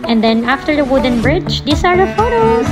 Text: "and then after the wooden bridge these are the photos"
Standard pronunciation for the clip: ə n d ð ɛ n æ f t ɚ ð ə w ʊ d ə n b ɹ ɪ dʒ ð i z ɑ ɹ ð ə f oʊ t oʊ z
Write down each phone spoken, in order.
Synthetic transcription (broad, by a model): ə n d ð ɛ n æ f t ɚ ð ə w ʊ d ə n b ɹ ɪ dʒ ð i s ɑ ɹ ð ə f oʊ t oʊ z